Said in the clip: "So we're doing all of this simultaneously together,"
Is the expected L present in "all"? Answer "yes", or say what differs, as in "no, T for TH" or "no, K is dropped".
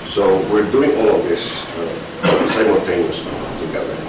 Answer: yes